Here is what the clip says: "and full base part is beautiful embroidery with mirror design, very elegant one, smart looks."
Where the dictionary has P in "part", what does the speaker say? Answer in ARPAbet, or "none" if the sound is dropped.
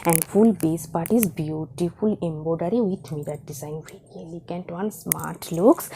P